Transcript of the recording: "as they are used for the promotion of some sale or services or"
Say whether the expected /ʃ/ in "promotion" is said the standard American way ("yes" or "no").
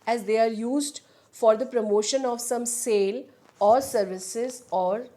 yes